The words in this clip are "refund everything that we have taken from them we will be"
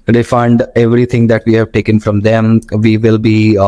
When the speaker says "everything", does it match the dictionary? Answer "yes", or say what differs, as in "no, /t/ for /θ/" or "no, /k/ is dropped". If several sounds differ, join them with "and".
no, /t/ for /θ/